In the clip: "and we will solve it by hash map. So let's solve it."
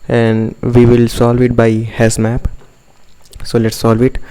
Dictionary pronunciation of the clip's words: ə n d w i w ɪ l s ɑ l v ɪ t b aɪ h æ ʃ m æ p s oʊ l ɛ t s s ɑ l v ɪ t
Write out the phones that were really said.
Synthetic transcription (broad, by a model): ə n d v i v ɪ l s ɑ l v ɪ t b aɪ h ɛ s m æ p s oʊ l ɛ t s s ɑ l v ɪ t